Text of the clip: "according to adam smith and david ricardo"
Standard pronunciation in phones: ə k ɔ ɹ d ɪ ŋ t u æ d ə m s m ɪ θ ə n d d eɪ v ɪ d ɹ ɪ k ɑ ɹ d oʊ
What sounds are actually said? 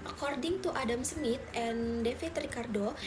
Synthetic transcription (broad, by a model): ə k ɔ ɹ d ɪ ŋ t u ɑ d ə m s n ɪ t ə n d d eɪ f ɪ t ɹ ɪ k ɑ ɹ d oʊ